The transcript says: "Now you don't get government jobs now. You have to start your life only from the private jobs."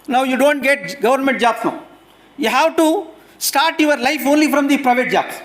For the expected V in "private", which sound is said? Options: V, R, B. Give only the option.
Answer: V